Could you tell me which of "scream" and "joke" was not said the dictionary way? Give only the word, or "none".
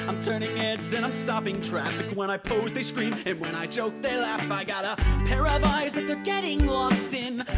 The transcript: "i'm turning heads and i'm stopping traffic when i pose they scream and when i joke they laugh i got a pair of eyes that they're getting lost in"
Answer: none